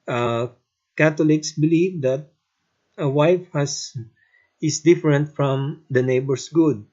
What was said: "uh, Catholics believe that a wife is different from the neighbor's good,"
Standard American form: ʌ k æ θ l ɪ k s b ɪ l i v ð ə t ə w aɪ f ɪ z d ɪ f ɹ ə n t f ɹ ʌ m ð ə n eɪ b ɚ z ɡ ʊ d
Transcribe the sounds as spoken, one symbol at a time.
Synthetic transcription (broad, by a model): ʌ k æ t l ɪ k s b ɪ l i v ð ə t ə w aɪ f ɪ s d ɪ f ɹ ə n t f ɹ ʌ m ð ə n eɪ b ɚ s ɡ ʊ d